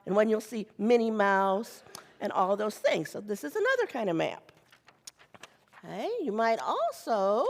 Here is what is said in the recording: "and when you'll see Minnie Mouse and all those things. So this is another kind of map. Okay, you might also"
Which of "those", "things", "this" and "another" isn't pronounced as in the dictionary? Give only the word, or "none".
none